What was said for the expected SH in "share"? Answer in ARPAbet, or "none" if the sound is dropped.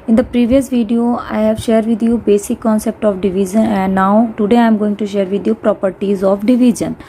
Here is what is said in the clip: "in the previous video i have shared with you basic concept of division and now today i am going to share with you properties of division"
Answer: SH